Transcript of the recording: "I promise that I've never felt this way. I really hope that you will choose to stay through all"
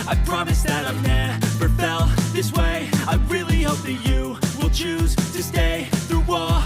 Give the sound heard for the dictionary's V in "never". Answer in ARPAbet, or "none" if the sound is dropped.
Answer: B